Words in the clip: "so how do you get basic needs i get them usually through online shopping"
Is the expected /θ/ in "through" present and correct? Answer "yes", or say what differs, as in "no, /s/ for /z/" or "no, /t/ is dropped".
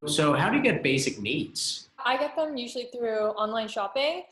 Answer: yes